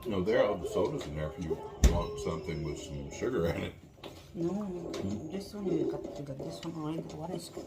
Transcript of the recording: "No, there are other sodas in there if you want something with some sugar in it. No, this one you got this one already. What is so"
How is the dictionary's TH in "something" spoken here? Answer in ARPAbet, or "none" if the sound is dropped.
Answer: TH